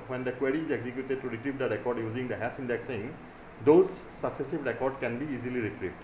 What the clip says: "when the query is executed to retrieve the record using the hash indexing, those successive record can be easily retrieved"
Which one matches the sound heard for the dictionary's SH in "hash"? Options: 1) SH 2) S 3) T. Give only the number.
2